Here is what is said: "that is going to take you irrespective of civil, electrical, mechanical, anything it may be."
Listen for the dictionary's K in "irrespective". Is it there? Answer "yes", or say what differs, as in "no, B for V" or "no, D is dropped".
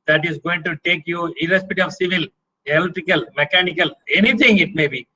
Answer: no, K is dropped